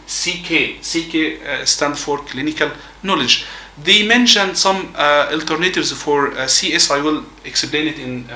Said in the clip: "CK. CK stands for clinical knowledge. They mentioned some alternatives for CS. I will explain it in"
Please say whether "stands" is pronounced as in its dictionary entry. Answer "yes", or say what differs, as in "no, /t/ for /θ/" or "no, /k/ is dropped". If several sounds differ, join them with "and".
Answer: no, /z/ is dropped